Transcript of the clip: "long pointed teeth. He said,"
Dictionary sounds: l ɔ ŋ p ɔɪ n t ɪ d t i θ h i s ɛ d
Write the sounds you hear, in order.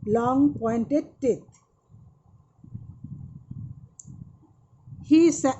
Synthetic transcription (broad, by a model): l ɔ ŋ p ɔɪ n t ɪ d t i t h i s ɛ